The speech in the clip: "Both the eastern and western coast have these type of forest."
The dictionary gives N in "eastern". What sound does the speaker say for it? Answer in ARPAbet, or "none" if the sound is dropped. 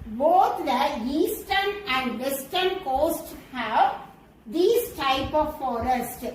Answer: N